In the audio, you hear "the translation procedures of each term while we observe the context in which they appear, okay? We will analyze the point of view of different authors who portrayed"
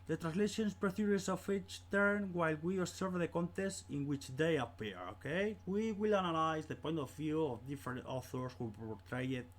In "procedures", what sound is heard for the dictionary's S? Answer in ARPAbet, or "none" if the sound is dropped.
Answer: TH